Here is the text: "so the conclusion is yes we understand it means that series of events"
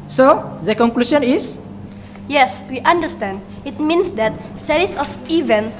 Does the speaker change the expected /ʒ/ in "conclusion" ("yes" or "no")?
yes